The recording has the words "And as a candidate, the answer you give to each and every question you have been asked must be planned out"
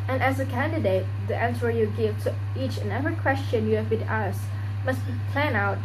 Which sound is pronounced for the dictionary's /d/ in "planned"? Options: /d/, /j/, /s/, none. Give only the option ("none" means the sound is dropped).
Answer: none